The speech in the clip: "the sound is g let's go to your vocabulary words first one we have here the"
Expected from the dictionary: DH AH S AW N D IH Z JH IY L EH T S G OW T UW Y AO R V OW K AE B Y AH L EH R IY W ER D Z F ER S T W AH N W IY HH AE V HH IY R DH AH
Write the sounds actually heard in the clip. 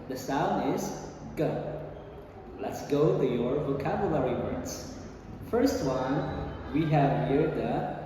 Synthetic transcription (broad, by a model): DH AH S AW N D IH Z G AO L EH T S G OW T UW Y AO R V OW K AE B Y AH L EH R IY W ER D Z F ER S T W AH N W IY HH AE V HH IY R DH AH